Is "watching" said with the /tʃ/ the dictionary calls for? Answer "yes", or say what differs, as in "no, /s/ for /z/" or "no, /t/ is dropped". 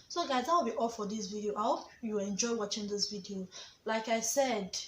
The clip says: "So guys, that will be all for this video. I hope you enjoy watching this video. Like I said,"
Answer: yes